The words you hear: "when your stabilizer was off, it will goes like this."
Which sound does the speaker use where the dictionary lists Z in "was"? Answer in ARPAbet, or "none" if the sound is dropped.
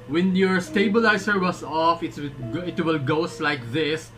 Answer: S